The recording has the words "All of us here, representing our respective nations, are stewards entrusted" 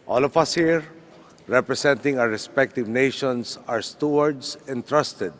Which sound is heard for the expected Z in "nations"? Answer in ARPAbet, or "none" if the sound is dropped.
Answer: S